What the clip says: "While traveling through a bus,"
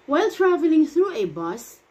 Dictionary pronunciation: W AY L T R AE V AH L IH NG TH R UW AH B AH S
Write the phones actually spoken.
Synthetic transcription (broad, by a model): W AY L T R AE V AH L IH NG TH R UW AH B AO S